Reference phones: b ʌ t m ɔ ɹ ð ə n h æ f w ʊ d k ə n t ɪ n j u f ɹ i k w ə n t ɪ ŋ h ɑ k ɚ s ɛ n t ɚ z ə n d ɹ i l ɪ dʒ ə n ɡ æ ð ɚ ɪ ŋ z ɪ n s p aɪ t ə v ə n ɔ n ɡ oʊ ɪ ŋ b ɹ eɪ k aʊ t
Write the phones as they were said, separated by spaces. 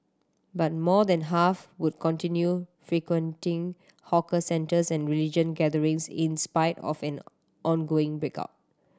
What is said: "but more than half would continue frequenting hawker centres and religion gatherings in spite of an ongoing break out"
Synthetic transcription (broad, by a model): b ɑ t m ɔ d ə n h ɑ f w ʊ d k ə n t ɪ n j u f ɹ i k w ə n t ɪ ŋ h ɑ k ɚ s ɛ n t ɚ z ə n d ɹ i l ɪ dʒ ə n ɡ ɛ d ɚ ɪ ŋ s ɪ n s p aɪ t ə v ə n ɔ n ɡ oʊ ɪ ŋ b ɹ eɪ k aʊ t